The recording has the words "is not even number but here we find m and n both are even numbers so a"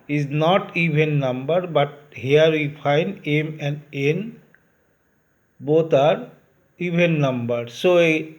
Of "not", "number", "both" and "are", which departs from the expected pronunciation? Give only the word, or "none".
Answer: both